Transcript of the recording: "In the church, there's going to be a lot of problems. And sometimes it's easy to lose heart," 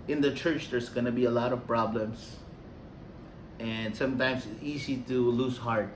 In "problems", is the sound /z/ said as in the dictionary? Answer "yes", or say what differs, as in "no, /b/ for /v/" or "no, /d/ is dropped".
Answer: no, /s/ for /z/